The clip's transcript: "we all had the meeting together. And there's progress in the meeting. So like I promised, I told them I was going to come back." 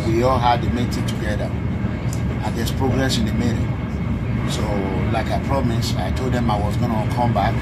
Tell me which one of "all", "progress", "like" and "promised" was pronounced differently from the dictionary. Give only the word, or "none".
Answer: promised